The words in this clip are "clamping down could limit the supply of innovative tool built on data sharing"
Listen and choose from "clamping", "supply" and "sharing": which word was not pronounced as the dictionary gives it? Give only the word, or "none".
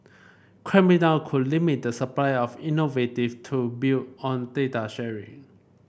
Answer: clamping